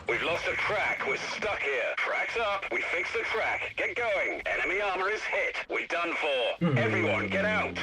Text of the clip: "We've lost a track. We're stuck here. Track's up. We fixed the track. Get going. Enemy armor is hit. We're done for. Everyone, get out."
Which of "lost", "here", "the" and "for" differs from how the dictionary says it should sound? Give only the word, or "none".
none